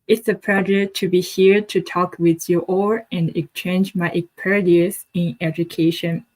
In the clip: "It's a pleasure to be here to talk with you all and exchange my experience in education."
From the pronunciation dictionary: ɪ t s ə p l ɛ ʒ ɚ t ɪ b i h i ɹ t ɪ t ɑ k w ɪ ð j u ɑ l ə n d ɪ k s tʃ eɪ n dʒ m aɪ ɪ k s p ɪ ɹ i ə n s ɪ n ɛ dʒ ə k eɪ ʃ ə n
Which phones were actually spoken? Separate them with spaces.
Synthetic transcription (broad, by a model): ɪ t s ə p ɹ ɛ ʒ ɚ t ɪ b i h i ɹ t ɪ t ɑ k w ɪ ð j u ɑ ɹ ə n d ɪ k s tʃ eɪ n dʒ m aɪ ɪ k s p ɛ ɹ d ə s ɪ n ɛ dʒ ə k eɪ ʃ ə n